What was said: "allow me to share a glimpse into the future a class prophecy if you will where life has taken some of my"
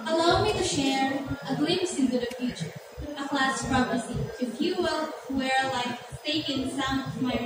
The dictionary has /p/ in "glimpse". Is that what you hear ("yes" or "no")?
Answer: no